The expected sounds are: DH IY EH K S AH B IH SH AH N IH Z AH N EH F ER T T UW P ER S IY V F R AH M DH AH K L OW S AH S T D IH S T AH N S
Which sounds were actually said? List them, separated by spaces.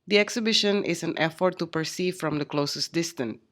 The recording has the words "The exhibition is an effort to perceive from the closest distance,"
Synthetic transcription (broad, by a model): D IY EH K S AH B IH SH AH N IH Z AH N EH F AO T T UW P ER S IY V F R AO M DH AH K L OW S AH S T D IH S T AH N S